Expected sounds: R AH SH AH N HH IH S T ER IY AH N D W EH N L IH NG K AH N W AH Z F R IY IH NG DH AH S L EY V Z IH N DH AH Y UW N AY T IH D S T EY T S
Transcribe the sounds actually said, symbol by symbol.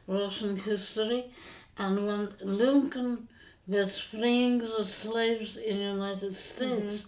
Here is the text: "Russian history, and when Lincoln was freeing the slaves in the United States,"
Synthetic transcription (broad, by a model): R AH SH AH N HH IH S T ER IY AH N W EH N L IH NG K AH N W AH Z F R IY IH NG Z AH S L EY V Z IH N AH Y UW N AY T IH D S T EY T S